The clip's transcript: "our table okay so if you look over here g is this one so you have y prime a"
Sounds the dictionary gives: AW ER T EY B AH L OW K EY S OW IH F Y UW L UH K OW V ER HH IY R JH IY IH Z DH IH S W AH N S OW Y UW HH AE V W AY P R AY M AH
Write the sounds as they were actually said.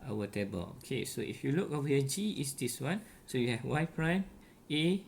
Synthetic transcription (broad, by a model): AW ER T EY B AH L OW K EY S OW IH F Y UW L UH K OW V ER JH IY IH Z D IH S W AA N S OW Y UW HH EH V W AY P R AY M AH